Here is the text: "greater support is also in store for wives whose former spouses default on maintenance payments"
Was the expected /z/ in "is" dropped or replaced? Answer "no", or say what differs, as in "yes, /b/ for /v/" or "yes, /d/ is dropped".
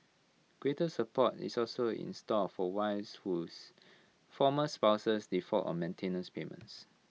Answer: yes, /s/ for /z/